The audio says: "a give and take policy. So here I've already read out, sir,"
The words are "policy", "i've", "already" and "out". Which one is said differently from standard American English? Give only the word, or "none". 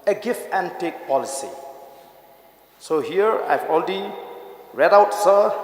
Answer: already